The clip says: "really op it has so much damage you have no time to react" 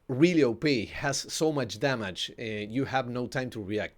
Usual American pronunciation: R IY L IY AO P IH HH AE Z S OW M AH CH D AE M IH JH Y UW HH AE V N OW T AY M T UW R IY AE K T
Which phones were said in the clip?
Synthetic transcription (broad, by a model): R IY L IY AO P IH HH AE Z S OW M AH CH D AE M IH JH Y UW HH AE V N OW T AY M T UW R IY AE K T